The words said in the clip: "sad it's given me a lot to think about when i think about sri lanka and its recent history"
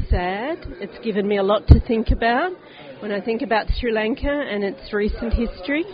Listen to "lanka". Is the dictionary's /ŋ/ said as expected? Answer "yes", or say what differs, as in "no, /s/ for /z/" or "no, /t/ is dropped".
yes